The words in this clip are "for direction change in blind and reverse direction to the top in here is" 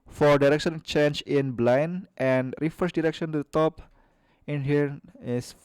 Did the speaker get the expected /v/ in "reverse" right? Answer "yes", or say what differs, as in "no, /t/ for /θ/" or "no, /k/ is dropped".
no, /f/ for /v/